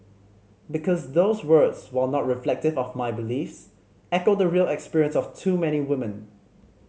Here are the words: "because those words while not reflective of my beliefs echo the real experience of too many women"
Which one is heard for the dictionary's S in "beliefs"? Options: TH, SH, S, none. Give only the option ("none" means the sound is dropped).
S